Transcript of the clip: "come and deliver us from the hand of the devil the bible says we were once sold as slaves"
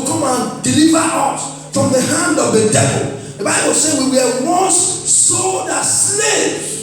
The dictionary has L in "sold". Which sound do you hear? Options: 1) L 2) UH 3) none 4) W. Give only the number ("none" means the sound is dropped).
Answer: 3